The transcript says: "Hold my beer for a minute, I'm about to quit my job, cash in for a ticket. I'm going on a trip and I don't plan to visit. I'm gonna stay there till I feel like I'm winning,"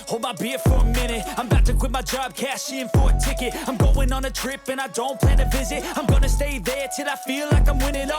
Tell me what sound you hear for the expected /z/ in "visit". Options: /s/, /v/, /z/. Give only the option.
/z/